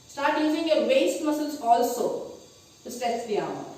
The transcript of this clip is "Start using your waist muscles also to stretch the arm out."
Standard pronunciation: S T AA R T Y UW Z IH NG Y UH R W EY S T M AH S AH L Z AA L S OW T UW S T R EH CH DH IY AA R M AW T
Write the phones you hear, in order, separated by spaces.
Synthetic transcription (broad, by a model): S T AA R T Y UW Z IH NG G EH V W EY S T M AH S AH L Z AA L S OW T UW S T EH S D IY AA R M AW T